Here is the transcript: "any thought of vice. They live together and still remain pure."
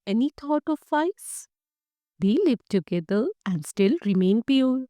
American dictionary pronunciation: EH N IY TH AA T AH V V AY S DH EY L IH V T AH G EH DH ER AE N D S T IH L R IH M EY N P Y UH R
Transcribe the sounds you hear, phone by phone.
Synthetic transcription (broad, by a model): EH N IY T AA T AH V F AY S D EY L IH V T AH G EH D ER AE N D S T IH L R IH M EY N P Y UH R